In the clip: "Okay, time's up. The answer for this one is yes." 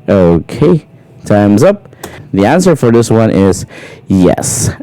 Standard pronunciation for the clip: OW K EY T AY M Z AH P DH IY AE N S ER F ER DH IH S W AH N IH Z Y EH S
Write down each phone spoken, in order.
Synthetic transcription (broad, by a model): OW K EY T AY M Z AH P DH IY AE N S ER F ER DH IH S W AH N IH Z Y EH S